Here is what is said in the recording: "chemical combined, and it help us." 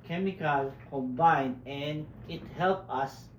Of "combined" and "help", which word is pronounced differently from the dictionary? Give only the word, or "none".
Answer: combined